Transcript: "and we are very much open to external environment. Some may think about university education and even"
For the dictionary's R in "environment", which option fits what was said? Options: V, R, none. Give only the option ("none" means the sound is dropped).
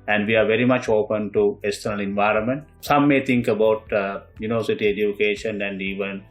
R